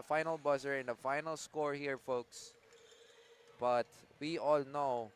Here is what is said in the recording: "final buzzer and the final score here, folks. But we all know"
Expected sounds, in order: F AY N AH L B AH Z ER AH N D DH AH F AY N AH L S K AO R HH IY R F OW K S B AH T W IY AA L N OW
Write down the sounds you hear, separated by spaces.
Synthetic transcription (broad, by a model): F AY N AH L B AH S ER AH N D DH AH F AY N AH L S K AO R HH IY R F OW K S B AH T W IY AA L N OW